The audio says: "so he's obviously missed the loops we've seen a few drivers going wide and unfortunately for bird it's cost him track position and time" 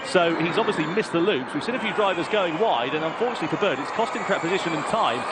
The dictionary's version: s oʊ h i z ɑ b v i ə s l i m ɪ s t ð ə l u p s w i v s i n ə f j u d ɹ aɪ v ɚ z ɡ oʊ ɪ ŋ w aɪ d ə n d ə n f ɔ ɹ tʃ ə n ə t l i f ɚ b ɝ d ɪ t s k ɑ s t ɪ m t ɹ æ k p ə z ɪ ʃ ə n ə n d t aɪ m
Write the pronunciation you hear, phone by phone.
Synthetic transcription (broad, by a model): s oʊ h i z ɑ b v i ə s l i m ɪ s ð ə l u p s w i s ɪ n ə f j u d ɹ aɪ v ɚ z ɡ oʊ ɪ ŋ w aɪ d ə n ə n f ɔ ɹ tʃ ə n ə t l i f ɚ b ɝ d ɪ t s k ɑ s t ɪ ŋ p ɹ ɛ p ə z ɪ ʃ ə n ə n t aɪ m